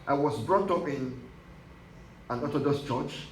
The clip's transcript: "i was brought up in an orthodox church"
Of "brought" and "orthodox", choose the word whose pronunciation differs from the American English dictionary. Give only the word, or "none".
orthodox